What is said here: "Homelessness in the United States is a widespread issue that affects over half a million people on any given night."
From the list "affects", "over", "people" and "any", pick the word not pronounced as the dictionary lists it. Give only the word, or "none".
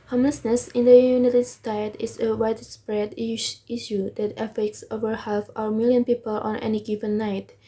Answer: none